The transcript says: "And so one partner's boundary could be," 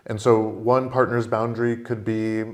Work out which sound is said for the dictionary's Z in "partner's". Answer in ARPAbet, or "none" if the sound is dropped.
Z